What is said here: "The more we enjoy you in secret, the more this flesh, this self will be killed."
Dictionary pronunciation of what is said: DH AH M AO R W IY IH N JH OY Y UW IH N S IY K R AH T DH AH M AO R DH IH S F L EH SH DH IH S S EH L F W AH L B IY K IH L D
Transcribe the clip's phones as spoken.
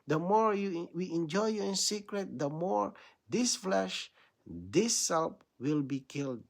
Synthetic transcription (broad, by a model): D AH M AO R W IY IH N JH OY Y UW IH N S IY K R AH T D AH M AO R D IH S F L EH SH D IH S S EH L P W AH L B IY K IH L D